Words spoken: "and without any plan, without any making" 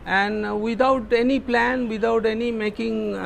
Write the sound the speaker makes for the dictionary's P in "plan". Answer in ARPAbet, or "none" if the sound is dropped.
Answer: P